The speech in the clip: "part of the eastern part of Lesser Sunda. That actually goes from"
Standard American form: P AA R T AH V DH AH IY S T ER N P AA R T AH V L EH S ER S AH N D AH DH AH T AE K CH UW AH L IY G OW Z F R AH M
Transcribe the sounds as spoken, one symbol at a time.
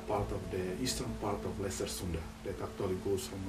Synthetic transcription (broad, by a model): P AA R T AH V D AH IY S T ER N P AA R T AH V L EH S ER S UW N D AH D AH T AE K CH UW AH L IY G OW S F R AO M